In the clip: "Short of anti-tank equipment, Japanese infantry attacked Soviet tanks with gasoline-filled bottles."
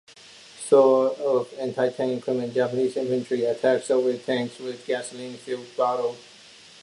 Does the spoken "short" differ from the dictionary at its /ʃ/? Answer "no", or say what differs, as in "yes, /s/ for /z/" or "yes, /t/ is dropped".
yes, /s/ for /ʃ/